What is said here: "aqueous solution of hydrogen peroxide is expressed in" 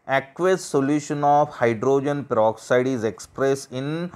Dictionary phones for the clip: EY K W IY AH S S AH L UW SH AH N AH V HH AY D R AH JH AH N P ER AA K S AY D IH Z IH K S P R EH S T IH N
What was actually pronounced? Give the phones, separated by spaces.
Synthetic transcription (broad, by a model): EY K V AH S S AH L UW SH AH N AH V HH AY D R AH JH AH N P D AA K S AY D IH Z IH K S P R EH S IH N